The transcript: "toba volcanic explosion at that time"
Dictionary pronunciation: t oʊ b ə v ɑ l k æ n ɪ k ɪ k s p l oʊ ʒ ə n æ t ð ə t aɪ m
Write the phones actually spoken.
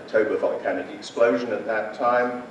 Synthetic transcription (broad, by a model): t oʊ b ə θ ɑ n k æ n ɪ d ɪ k s p l oʊ ʒ ə n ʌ t ð ə t aɪ m